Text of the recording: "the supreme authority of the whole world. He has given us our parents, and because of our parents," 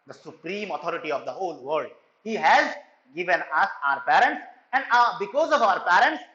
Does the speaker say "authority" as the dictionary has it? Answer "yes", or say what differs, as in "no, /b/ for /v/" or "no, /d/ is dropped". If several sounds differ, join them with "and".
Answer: no, /t/ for /θ/